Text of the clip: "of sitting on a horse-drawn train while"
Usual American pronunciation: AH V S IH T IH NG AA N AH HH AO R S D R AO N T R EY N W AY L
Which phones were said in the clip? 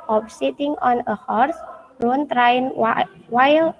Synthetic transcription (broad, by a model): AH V S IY T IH NG AA N AH HH AO R S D AO N T R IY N W AY L